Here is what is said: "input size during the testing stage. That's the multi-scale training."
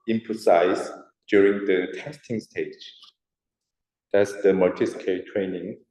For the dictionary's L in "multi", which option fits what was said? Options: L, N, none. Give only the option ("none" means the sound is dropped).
none